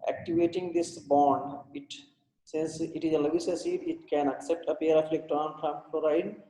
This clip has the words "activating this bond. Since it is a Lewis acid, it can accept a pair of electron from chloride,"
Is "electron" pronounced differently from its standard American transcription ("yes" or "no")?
yes